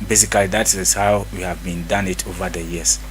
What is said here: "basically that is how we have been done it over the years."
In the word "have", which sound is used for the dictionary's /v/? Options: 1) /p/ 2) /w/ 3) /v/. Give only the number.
3